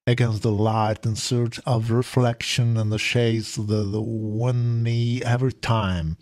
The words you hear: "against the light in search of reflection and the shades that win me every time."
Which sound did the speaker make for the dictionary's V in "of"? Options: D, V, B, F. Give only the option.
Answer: V